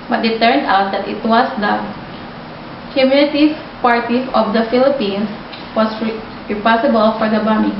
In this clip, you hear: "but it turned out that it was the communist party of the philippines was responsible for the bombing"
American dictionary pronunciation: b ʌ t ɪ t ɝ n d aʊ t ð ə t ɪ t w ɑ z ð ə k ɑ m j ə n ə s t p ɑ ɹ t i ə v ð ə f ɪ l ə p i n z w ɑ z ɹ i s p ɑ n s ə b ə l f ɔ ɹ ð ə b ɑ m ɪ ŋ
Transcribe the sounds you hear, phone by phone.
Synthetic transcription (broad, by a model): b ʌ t ɪ t ɝ n d aʊ t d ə t ɪ t w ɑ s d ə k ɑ m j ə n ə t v p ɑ ɹ t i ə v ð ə f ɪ l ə p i n s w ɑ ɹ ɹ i p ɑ s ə b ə l f ɔ ɹ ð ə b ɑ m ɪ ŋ